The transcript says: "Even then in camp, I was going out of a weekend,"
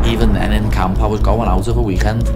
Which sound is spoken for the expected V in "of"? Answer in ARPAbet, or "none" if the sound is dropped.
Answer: P